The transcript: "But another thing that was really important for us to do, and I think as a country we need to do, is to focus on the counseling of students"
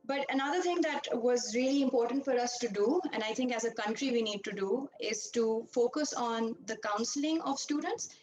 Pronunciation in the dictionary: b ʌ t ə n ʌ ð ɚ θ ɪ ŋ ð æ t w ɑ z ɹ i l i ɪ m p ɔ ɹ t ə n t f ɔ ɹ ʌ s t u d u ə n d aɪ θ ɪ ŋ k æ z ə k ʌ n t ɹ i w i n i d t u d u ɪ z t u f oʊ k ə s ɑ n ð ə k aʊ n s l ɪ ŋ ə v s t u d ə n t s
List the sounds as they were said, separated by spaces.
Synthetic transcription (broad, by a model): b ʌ t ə n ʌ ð ɚ t ɪ ŋ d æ t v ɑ z ɹ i l i ɪ m p ɔ ɹ t ə n t f ɔ ɹ ʌ s t u d u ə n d aɪ t ɪ ŋ k æ z ə k ʌ n t ɹ i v i n i d t u d u ɪ z t u f oʊ k ə s ɑ n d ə k aʊ n s l ɪ ŋ ə v s t u d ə n t s